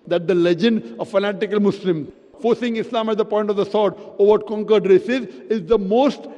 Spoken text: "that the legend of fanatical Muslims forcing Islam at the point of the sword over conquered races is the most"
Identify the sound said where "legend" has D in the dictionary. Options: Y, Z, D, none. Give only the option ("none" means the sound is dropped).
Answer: D